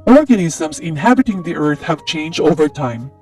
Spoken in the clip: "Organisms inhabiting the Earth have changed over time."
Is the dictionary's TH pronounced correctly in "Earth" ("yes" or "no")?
yes